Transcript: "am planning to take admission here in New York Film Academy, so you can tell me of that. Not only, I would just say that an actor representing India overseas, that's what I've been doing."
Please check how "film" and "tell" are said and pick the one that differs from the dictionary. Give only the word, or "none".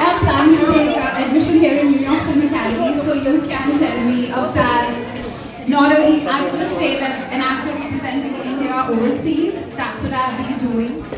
film